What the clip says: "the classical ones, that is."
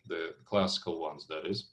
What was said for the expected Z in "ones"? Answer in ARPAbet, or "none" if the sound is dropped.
Z